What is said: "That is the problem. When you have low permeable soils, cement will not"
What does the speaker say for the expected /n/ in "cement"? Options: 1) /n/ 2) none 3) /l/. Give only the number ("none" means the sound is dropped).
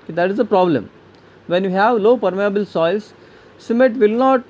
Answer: 2